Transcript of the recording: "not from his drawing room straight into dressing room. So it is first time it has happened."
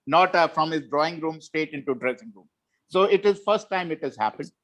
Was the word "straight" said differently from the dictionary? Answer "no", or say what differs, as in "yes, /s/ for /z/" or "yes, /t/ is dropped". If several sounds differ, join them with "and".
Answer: yes, /ɹ/ is dropped